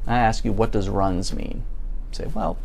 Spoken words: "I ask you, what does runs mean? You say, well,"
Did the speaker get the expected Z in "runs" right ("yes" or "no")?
yes